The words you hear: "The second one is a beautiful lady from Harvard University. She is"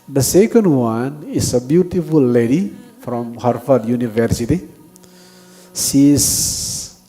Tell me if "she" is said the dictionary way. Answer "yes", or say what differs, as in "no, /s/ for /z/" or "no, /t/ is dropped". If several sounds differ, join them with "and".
no, /s/ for /ʃ/